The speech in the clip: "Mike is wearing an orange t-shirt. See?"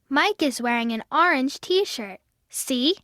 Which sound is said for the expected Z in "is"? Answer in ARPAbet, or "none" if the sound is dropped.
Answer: Z